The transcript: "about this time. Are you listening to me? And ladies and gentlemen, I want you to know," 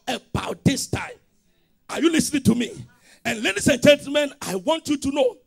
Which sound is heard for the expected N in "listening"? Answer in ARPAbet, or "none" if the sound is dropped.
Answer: N